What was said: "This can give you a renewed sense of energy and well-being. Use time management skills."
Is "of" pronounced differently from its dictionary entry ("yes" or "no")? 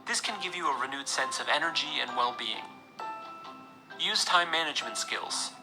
no